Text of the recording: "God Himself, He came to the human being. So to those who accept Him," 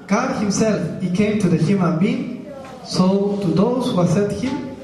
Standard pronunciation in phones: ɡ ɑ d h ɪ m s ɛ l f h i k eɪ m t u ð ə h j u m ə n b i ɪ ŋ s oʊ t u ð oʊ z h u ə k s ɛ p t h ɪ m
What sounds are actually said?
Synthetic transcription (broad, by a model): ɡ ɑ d h ɪ m s ɛ l f h i k eɪ m t u ð ə h j u m ə n b i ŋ s oʊ t u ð oʊ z h u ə s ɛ t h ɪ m